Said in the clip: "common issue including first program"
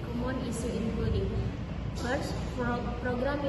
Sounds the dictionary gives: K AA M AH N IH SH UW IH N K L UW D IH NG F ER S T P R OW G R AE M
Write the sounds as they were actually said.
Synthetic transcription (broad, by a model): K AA M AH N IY S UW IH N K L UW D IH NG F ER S P R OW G R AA M